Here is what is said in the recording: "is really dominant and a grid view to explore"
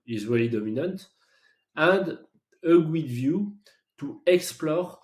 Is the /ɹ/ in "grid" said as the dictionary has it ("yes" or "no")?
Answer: no